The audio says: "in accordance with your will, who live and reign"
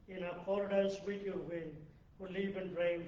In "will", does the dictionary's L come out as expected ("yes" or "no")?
no